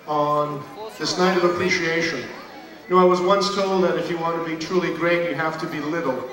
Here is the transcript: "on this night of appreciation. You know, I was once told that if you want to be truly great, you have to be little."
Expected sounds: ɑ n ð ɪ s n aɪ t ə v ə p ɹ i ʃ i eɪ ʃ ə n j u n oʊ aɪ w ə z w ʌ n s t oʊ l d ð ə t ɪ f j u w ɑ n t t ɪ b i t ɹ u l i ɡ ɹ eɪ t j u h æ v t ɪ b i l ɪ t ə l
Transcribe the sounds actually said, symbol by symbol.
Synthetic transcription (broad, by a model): n ð ɪ s n aɪ t ə v ə p ɹ i ʃ i eɪ ʃ ə n n oʊ aɪ w ə z w ʌ n s t oʊ l d ð ə t ɪ f j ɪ w ɑ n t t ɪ b i t ɹ u l i ɡ ɹ eɪ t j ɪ h æ f t ɪ b i l ɪ t l